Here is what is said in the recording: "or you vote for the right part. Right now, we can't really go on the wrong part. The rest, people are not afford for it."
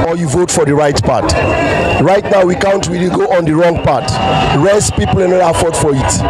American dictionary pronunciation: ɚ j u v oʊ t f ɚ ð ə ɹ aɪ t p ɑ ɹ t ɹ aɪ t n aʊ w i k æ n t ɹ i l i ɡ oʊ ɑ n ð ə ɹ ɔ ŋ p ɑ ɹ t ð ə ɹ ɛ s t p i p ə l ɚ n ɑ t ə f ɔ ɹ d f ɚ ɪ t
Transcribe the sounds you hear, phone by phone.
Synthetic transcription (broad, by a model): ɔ j u v oʊ t f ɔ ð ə ɹ aɪ t p ɑ t ɹ aɪ t n aʊ w i k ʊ n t w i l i ɡ oʊ ɑ n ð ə ɹ ɔ ŋ p ɑ t ɹ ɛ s p i p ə l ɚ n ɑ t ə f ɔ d f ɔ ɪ t